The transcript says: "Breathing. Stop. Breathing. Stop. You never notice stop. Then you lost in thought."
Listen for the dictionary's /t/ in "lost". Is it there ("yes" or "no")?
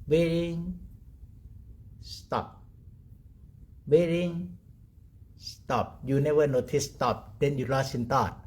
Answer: no